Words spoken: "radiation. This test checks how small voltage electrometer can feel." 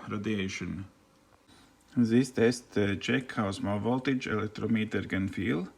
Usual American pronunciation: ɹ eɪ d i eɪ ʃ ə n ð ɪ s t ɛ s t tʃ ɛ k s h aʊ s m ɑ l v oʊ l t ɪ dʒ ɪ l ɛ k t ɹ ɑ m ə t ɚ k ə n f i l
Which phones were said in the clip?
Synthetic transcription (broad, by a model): ɹ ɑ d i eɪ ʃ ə n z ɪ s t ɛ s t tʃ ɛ k h aʊ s m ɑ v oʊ l t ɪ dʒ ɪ l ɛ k t ɹ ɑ m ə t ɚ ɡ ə n f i l